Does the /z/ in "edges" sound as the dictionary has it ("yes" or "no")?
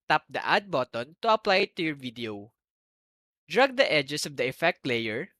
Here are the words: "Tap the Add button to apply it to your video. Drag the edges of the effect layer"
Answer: no